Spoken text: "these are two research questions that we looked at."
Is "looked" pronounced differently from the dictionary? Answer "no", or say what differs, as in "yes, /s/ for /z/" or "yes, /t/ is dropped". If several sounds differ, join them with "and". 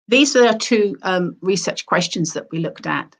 no